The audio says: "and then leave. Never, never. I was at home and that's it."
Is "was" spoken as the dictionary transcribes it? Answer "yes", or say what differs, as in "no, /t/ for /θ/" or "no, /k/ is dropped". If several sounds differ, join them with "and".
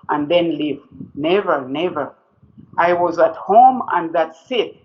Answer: yes